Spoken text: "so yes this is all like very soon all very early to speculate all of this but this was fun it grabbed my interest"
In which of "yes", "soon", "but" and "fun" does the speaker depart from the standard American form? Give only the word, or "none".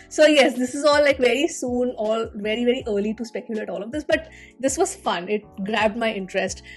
none